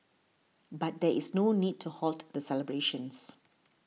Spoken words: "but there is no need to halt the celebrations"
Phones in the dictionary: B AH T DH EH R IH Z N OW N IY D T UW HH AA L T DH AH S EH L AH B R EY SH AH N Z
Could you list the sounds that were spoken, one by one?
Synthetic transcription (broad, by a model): B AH T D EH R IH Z N OW N IY D T UW HH AA L T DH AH S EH L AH B R EY SH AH N S